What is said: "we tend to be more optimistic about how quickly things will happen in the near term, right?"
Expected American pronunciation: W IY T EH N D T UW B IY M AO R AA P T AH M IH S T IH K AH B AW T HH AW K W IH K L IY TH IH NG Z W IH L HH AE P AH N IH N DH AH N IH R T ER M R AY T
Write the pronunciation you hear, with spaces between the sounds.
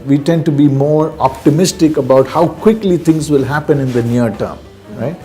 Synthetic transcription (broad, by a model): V IY T EH N D T UW B IY M AO R AA P T AH M IH S T IH K AH B AW T HH AW K W IH K L IY T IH NG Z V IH L HH AE P AH N IH N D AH N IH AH T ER M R AY T